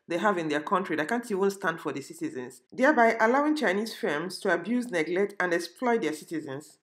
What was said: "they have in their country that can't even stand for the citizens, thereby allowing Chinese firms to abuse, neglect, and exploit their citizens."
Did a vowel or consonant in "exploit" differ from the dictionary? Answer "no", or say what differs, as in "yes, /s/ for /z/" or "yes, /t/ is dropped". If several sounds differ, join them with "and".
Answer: no